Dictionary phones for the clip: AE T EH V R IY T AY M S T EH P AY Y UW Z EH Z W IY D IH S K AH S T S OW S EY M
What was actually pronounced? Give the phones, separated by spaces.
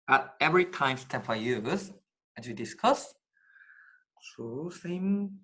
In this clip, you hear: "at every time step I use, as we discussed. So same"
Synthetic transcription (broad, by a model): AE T EH V R IY T AY M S T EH F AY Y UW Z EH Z W IY D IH S K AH S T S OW S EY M